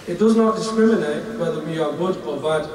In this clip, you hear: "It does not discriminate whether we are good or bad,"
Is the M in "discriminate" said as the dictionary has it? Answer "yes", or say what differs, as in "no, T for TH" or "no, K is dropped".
yes